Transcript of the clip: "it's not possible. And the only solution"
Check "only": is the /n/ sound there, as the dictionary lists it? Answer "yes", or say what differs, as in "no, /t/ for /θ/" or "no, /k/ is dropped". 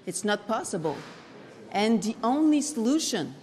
yes